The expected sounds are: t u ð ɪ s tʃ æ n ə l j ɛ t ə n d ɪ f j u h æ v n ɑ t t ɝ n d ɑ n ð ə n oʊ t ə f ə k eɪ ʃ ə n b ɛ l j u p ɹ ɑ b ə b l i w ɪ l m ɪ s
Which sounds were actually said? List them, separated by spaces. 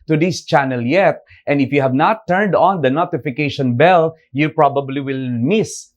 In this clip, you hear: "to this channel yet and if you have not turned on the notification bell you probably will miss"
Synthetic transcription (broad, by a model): t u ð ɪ s tʃ æ n ə l j ɛ t ə n d ɪ f j u h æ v n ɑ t t ɝ n d ɑ n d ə n oʊ t ə f ə k eɪ ʃ ə n b ɛ l j u p ɹ ɑ b ə b l i w ɪ l m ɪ s